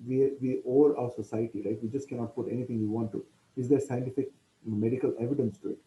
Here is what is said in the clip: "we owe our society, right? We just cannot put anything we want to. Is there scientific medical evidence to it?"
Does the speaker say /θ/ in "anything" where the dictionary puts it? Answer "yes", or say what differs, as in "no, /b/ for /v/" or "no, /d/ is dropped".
no, /t/ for /θ/